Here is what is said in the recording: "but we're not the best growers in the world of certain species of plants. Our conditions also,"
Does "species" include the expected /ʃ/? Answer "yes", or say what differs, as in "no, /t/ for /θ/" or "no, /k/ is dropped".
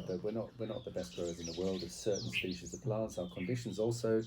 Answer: yes